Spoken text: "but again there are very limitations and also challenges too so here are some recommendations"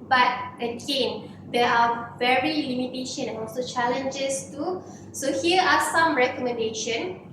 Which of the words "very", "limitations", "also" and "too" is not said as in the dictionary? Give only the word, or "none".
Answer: limitations